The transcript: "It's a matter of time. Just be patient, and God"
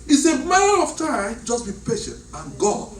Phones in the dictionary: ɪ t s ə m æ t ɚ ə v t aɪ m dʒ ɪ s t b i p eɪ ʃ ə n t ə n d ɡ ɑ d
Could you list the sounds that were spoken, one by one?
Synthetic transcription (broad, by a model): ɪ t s ə m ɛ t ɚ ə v t aɪ m dʒ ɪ s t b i p eɪ ʃ ə n t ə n ɡ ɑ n